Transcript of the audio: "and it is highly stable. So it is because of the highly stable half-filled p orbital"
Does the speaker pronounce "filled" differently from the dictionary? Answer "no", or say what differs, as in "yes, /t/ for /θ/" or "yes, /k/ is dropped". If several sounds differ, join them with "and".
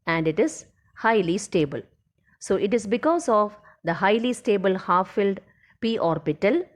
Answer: no